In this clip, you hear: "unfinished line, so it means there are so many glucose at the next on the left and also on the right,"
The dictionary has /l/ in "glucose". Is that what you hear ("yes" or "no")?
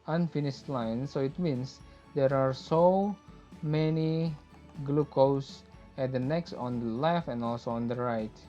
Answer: yes